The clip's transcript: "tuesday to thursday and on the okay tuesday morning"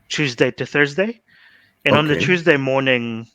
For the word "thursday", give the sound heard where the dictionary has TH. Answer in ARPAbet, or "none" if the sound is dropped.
TH